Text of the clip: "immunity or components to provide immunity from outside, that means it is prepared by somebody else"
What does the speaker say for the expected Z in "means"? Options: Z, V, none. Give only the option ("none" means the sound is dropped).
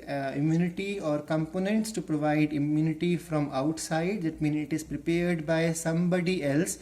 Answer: none